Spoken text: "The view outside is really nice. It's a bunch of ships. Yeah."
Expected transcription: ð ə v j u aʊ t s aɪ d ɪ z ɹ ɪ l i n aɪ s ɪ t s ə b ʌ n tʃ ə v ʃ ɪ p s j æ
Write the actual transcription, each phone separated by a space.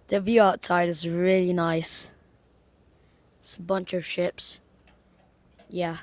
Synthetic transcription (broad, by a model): ð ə v j u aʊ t aɪ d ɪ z ɹ ɪ l i n aɪ s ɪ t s ə b ʌ n tʃ ə v ʃ ɪ p s j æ